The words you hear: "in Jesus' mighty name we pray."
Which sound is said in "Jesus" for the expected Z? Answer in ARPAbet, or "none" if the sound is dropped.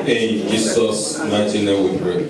S